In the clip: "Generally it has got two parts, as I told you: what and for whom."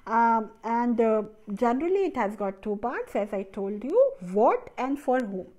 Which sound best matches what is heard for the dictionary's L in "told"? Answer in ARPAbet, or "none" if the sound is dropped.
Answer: L